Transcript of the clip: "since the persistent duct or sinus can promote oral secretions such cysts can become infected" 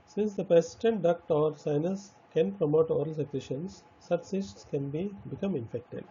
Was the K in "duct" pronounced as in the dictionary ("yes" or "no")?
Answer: yes